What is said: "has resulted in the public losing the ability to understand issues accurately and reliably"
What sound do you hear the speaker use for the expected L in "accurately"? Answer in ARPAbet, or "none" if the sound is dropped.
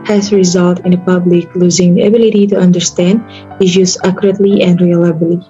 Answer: L